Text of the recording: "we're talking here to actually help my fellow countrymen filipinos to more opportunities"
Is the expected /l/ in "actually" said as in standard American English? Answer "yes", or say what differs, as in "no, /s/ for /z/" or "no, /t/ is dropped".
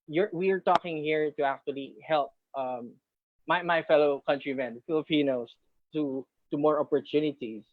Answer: yes